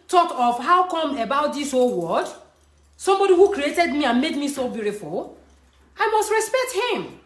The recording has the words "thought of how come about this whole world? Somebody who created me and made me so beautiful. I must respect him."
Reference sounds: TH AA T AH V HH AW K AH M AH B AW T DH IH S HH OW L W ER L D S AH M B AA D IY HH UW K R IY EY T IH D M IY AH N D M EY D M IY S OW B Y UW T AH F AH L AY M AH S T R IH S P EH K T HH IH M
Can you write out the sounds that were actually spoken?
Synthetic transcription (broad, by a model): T AA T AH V HH AW K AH M AH B AW T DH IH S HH OW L W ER D S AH M B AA D IY HH UW K R IY EY T IH D M IY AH N M EY D M IY S OW B Y UW T AH F AH L AY M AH S T R IH S P EH K T HH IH M